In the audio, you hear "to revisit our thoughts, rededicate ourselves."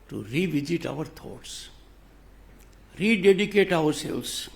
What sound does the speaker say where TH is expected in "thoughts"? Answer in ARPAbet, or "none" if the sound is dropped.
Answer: T